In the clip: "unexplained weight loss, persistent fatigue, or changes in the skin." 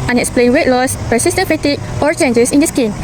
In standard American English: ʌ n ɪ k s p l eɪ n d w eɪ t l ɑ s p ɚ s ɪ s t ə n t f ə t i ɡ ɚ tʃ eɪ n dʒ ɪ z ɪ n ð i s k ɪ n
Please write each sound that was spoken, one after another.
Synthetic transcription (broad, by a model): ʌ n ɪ k s p l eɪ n w eɪ t l ɑ s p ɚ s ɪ s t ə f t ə t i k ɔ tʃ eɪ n dʒ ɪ s ɪ n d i s k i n